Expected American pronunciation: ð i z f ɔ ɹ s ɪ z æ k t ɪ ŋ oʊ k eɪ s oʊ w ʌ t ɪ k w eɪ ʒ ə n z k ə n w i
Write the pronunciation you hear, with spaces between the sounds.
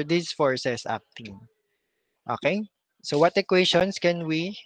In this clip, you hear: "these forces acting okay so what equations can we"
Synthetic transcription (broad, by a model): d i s f ɔ ɹ s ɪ s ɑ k t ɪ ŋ oʊ k eɪ s oʊ w ʌ t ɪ k w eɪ ʃ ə n s k ə n w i